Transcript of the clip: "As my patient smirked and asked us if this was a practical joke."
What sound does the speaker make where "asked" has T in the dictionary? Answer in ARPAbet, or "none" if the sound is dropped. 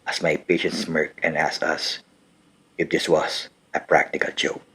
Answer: none